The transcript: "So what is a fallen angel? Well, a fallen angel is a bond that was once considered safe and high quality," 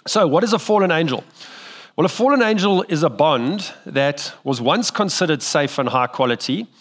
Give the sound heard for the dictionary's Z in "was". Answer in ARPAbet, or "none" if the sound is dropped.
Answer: Z